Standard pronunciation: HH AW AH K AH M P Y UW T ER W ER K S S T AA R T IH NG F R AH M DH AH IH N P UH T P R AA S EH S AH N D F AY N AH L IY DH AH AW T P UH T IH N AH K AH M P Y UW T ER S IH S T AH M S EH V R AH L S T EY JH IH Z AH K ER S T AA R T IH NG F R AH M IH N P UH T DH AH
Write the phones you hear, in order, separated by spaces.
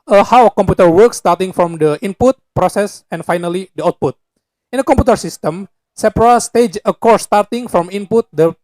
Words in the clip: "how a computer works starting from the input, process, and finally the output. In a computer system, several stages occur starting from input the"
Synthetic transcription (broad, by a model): HH AW AH K AH M P Y UW T ER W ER K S S T AA R T IH NG F R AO M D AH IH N P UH T P R AA S EH S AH N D F AY N AH L IY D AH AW T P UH T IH N AH K AH M P Y UW T ER S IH S T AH M S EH P R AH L S T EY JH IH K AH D S T AA R T IH NG F R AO M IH N P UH T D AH